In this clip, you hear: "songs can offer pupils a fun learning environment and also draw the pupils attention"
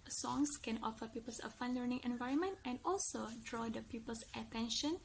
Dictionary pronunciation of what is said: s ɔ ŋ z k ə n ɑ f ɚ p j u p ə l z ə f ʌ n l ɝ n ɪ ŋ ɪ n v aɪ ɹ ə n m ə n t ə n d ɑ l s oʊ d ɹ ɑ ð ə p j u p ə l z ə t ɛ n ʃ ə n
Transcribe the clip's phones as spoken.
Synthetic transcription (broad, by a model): s ɔ ŋ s k ə n ɑ f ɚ p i p ə l s ə f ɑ n l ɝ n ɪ ŋ ɪ n v aɪ ɹ ə n m ə n t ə n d ɑ l s oʊ d ɹ ɑ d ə p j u p ə l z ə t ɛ n ʃ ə n